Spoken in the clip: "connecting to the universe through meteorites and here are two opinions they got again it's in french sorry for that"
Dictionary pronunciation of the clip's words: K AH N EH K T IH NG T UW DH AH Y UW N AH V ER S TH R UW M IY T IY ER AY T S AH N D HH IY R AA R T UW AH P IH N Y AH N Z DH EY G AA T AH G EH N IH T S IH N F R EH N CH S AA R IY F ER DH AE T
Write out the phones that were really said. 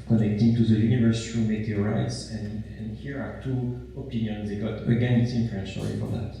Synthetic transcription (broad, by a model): K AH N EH K T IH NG T UW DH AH Y UW N AH V ER S T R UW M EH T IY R AY T S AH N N HH IY R AA R T UW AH P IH N Y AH N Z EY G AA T AH G EH N IH T S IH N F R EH N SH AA L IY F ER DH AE T